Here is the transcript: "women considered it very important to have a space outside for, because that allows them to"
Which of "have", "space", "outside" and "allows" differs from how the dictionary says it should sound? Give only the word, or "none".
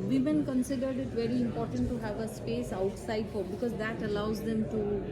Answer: none